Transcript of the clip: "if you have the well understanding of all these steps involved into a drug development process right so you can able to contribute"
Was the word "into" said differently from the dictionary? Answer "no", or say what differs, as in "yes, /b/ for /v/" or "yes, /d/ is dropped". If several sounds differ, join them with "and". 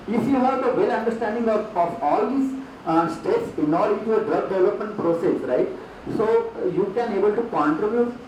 yes, /n/ is dropped